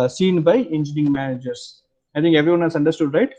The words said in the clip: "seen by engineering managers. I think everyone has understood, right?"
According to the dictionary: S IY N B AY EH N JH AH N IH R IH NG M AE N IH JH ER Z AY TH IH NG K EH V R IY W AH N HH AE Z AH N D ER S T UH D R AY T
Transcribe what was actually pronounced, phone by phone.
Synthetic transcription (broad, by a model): S IY N B AY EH N JH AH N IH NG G M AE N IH JH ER S AY T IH NG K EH V R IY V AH N HH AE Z AH N D ER S T UH D R AY T